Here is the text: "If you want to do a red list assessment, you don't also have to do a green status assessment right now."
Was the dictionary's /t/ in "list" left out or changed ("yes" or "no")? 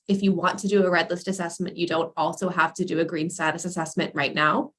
no